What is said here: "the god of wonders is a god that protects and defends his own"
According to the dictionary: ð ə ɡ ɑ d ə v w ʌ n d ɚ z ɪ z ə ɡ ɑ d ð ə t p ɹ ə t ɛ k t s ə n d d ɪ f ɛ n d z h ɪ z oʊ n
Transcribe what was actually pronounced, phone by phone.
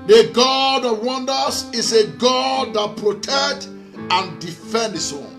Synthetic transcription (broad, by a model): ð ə ɡ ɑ d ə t w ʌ n d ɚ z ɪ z ə ɡ ɑ d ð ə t p ɹ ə t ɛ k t ə n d d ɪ f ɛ n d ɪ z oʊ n